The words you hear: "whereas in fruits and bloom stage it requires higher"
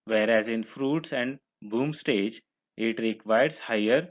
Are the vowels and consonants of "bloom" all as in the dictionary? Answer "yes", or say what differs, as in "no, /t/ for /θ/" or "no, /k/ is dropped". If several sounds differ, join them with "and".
no, /l/ is dropped